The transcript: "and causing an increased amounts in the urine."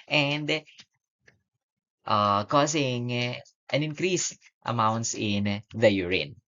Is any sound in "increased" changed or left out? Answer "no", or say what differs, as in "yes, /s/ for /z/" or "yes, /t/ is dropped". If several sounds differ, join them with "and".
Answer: no